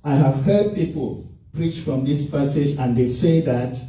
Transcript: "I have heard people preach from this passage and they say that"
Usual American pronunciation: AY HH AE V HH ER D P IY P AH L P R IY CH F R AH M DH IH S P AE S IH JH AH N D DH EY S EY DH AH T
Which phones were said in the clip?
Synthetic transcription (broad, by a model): AY HH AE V HH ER D P IY P AH L P R IY CH F R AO M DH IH S P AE S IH JH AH N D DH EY S EY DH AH T